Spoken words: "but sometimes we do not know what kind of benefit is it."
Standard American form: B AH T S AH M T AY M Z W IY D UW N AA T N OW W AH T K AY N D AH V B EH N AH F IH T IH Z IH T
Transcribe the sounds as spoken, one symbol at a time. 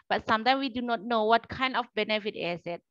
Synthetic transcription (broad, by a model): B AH T S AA M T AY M W IY D UW N AA T N OW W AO T K AY N D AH F B EH N AH F IH T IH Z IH T